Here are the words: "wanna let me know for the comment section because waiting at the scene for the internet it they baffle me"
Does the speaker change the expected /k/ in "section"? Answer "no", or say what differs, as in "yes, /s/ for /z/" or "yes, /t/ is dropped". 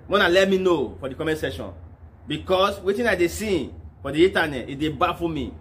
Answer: yes, /k/ is dropped